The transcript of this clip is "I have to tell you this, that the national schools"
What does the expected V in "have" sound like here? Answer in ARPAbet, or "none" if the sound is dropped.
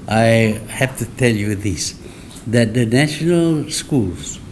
F